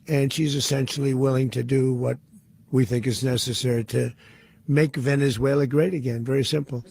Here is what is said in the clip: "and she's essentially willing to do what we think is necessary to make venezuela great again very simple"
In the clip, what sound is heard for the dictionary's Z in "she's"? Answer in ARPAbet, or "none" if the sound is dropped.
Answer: Z